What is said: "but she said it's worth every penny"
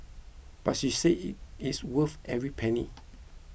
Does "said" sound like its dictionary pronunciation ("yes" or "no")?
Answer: no